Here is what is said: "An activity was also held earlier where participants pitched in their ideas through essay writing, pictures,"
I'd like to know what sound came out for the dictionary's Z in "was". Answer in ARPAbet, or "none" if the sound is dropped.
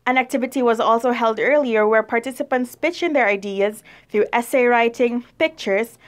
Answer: Z